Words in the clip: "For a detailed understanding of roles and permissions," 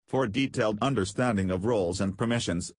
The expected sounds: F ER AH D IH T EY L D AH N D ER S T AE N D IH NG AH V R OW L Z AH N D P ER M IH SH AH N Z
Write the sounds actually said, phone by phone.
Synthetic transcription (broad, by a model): F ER D IH T EY L D AH N D ER S T AE N D IH NG AH V R OW L Z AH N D P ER M IH SH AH N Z